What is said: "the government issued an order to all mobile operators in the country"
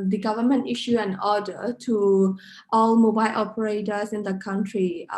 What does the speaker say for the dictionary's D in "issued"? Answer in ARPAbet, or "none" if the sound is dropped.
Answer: none